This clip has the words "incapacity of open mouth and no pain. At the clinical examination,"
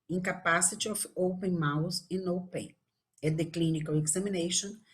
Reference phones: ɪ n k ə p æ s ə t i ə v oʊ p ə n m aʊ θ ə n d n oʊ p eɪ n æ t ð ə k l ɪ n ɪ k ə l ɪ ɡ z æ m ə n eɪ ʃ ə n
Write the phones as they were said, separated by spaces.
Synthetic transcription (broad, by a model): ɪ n k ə p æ s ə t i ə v oʊ p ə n m aʊ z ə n n oʊ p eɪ ɛ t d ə k l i n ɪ k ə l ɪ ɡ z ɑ m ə n eɪ ʃ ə n